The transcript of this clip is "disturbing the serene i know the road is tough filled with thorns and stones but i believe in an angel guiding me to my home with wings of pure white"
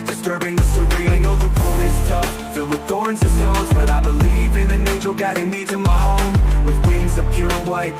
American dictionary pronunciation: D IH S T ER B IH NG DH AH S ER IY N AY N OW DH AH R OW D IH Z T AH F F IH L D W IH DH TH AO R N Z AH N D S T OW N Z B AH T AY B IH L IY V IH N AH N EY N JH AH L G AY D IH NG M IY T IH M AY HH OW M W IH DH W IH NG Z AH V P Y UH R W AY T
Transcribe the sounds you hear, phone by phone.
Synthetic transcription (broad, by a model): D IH S T ER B IH NG DH AH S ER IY L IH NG OW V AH R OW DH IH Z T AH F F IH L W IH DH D AO R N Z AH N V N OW Z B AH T AY B IH L IY V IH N AH N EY JH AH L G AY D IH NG M IY T IH M AY HH OW M W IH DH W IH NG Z AH V P Y UH R W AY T